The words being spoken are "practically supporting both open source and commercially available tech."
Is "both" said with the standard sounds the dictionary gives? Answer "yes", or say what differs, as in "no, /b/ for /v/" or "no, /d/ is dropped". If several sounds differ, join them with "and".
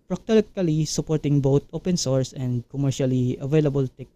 no, /t/ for /θ/